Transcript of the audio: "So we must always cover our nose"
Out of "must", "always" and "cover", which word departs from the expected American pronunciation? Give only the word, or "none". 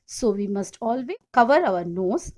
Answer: always